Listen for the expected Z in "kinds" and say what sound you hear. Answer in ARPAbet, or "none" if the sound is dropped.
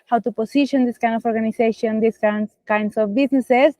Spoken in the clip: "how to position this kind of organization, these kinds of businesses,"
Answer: S